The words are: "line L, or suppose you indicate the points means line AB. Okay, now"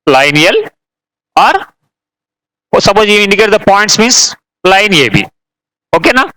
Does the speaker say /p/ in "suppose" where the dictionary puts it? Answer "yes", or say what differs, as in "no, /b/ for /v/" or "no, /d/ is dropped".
no, /b/ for /p/